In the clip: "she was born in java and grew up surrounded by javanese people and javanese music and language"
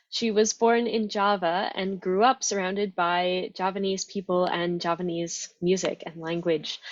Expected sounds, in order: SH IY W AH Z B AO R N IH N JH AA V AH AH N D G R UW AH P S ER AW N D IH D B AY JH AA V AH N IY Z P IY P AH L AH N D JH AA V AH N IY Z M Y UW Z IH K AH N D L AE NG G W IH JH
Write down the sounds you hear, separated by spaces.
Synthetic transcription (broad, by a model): SH IY W AH Z B AO R N IH N JH AA V AH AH N G R UW AH P S ER AW N D IH D B AY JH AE P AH N IY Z P IY P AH L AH N JH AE P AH N IY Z M Y UW Z IH K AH N L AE NG G W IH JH